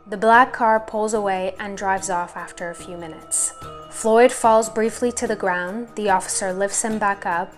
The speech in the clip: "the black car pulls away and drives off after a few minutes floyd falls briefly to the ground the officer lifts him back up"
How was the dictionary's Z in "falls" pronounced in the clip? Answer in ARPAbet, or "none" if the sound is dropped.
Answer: Z